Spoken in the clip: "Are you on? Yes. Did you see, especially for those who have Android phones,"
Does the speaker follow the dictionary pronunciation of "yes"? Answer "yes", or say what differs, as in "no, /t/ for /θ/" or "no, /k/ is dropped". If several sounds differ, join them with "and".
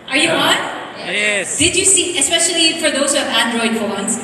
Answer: no, /s/ is dropped